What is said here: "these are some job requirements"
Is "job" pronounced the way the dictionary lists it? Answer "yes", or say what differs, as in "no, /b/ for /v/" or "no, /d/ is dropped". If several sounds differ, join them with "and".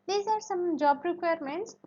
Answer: yes